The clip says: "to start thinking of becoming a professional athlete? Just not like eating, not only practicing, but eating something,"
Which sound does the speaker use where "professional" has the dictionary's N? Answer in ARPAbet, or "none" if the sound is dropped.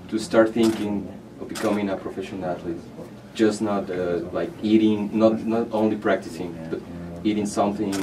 none